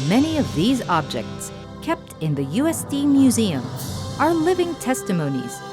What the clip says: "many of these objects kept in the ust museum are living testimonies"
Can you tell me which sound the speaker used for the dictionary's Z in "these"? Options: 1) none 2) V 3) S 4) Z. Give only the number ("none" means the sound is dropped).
4